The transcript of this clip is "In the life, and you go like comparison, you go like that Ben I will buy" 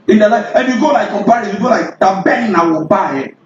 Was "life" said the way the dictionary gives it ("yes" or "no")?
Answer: no